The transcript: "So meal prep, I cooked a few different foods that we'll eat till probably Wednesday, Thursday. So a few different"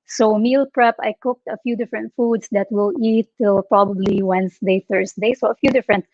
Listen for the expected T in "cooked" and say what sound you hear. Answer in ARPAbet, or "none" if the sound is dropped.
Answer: T